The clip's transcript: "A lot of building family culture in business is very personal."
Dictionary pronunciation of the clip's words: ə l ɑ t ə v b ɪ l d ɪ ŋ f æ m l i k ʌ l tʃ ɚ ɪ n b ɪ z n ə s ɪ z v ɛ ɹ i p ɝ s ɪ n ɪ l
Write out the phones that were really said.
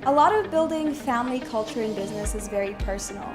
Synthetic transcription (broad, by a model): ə l ɑ t ə v b ɪ l d ɪ ŋ f æ m l i k ʌ l tʃ ɚ ɪ n b ɪ z n ə s ɪ z v ɛ ɹ i p ɝ s n l